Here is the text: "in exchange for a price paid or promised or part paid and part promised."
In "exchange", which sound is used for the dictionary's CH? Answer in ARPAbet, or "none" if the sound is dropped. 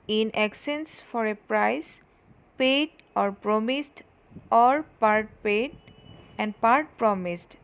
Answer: none